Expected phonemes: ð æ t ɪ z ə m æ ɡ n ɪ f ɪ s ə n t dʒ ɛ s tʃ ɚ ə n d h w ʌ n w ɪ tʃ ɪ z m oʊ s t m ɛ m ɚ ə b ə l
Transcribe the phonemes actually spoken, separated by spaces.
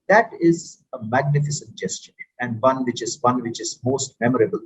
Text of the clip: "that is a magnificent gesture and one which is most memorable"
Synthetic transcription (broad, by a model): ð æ t ɪ z ə m æ ɡ n ɪ f ɪ s ə n t dʒ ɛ s tʃ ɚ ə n d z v ʌ n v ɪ tʃ ɪ z m oʊ s t m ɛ m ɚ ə b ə l